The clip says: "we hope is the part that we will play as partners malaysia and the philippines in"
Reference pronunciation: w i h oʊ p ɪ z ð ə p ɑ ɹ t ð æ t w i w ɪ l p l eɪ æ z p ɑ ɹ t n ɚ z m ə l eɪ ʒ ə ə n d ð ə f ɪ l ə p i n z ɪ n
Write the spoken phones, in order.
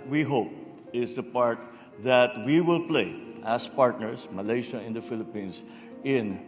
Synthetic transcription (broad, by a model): w i h oʊ p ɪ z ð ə p ɑ ɹ t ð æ t w i w ɪ l p l eɪ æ s p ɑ ɹ t n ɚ s m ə l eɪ ʃ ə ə n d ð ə f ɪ l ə p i n s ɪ n